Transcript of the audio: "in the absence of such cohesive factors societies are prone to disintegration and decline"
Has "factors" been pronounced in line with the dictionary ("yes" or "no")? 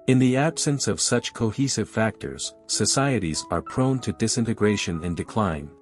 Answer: yes